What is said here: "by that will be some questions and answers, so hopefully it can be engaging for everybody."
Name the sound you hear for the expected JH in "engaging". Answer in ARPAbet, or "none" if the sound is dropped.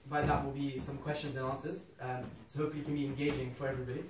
JH